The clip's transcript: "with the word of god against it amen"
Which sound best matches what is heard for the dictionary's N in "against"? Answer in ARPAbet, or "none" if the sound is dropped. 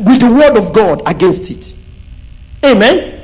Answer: N